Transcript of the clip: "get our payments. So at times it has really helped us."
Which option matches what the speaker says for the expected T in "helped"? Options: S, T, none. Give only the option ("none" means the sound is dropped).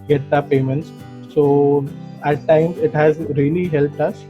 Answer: T